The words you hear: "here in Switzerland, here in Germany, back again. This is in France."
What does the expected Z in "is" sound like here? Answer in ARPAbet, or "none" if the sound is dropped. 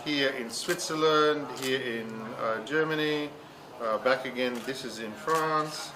Z